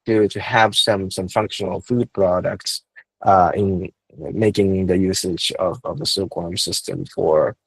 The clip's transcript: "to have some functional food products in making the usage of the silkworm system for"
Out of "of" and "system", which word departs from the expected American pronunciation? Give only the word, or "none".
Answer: none